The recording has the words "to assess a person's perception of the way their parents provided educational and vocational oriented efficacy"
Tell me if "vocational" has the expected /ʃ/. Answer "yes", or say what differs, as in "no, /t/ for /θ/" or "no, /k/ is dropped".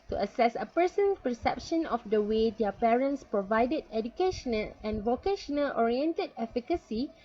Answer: yes